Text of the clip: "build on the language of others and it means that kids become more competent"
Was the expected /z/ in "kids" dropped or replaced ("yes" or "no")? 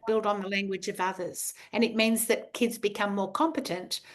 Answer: no